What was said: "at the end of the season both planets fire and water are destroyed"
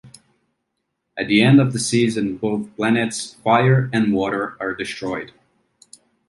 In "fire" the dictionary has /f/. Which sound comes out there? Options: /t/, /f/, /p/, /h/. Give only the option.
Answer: /f/